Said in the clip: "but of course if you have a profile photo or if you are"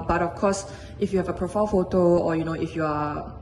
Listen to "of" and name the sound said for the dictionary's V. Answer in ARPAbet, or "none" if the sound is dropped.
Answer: F